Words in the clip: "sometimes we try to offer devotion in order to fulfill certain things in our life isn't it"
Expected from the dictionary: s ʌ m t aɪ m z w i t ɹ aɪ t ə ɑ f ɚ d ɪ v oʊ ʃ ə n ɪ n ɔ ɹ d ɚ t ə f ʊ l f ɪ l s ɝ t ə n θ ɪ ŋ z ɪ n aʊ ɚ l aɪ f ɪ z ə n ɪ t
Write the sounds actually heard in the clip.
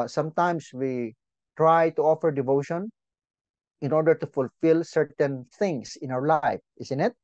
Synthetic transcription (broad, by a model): s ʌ m t aɪ m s w i t ɹ aɪ t ə ɑ f ɚ d ɪ v oʊ ʃ ə n ɪ n ɔ ɹ d ɚ t ə f ʊ l f ɪ l s ɝ t ə n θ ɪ ŋ s ɪ n aʊ ɚ l aɪ f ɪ s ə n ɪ t